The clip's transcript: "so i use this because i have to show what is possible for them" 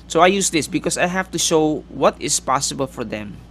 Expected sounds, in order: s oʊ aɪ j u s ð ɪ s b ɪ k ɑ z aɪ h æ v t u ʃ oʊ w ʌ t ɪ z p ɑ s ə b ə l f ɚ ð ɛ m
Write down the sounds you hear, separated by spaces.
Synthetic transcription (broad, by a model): s oʊ aɪ j u s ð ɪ s b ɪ k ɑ s aɪ h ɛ f t u ʃ oʊ w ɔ t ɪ s p ɑ s ə b ə l f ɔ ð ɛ m